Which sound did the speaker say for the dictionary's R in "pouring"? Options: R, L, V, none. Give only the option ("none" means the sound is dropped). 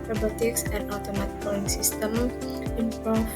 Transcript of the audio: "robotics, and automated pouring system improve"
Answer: none